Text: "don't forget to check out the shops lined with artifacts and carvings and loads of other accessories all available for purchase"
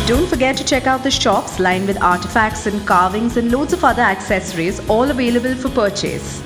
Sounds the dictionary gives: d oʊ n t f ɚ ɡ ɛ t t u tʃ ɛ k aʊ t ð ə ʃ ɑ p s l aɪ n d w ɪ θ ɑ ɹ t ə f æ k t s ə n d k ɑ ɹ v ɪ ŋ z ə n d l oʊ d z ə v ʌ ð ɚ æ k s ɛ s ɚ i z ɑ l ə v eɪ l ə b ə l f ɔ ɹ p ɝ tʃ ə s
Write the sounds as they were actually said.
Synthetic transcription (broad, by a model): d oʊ n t f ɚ ɡ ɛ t t u tʃ ɛ k aʊ t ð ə ʃ ɑ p s l aɪ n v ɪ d ɑ ɹ t ə f æ k t s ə n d k ɑ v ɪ ŋ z ə n d l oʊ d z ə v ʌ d ɚ æ k s ɛ s ɚ i z ɑ l ə v eɪ l ə b ə l f ɔ ɹ p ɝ tʃ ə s